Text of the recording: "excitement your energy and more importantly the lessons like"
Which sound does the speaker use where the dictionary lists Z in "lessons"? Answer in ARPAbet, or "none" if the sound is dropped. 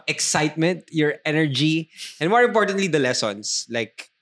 S